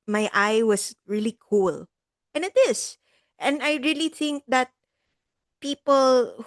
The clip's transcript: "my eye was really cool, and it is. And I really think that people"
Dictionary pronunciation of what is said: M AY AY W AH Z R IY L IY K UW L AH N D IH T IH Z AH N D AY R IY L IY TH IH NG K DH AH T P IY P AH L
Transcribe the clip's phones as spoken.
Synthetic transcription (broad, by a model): M AY AY W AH S R IY L IY K UW L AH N IH T IH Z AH N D AY R IY L IY TH IH NG K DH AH T P IY P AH L